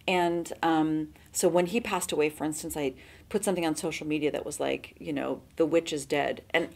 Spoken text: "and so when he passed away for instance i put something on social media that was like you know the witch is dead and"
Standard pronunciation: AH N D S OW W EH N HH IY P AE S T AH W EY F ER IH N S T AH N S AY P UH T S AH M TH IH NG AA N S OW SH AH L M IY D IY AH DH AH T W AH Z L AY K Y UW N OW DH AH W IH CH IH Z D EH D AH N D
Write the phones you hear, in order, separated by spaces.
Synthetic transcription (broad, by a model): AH N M S OW W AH N IY P AE S T AH W EY F ER IH N S T AH N S AY P UH T S AH M TH IH NG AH N S OW SH L M IY D IY AH DH AH T W AH Z L AY K Y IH N OW DH AH W IH CH IH Z D EH D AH N